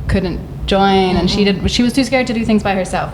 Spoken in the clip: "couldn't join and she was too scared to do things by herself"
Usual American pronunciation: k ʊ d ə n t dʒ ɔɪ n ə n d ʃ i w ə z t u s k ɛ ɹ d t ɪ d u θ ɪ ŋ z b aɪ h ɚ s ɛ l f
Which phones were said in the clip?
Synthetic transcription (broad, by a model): k ʊ d n t dʒ ɔɪ n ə n d ʃ i w ə z t u s k ɛ ɹ d t ɪ d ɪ θ ɪ ŋ z b aɪ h ɚ s ɛ l f